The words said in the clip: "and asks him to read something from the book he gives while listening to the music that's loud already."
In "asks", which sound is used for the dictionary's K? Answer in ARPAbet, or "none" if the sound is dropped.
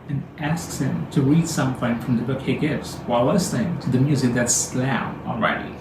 K